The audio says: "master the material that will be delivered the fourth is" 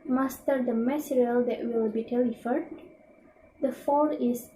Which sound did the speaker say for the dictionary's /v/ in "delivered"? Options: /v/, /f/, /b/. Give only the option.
/f/